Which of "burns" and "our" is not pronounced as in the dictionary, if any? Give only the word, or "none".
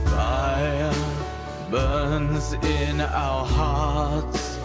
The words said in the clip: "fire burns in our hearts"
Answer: none